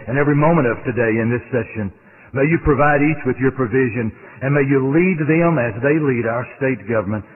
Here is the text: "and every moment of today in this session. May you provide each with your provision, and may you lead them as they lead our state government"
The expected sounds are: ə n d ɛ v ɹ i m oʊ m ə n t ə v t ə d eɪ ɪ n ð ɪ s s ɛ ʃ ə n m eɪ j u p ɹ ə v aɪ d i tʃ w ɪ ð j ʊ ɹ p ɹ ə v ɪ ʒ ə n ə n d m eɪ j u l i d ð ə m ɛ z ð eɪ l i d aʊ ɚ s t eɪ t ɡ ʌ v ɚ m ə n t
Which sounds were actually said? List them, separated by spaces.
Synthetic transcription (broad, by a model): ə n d ɛ v ɹ i m oʊ m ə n t ə v t ə d eɪ ɪ n ð ɪ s s ɛ ʃ ə n m eɪ j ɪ p ɹ ə v aɪ d i tʃ w ɪ ð j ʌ ɹ p ɹ ə v ɪ ʒ ə n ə n m eɪ j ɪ l i d ð ə m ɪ z ð eɪ l i d aʊ ɚ s t eɪ t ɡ ʌ v ɚ m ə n t